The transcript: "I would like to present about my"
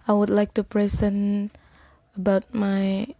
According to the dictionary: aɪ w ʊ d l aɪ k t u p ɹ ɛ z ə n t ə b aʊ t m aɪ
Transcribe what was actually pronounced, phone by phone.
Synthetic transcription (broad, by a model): aɪ w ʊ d l aɪ k t u p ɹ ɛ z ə n ə b aʊ t m aɪ